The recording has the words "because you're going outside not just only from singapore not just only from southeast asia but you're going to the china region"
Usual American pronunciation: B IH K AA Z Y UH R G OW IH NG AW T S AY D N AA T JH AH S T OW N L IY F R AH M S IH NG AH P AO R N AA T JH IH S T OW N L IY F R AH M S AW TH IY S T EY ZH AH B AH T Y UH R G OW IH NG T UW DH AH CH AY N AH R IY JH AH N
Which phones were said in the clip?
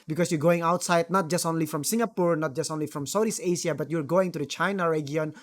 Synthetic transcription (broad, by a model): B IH K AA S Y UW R G OW IH NG AW T S AY D N AA T JH AH S T OW N L IY F R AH M S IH NG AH P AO R N AA T JH IH S T OW N L IY F R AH M S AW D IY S EY S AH B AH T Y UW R G OW IH NG T UW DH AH CH AY N AH R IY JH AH N